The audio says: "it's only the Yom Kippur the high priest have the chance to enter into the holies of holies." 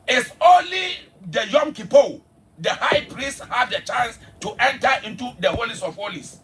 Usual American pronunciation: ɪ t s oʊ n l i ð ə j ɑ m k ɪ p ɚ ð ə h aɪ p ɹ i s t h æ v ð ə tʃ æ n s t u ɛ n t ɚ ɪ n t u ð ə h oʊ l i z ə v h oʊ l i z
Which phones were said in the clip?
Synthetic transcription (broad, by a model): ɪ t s oʊ n l i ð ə j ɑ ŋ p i p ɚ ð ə h aɪ p ɹ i s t h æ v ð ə tʃ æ n s t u ɛ n t ɚ ɪ n t u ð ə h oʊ l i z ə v h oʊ l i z